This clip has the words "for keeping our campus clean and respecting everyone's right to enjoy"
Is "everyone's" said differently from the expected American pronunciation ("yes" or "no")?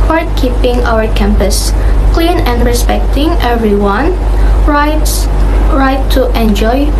yes